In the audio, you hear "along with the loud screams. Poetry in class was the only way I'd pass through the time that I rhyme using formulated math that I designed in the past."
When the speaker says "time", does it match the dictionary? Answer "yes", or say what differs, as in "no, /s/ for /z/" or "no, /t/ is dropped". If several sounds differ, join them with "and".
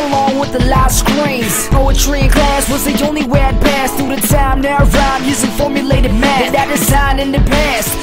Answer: no, /s/ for /t/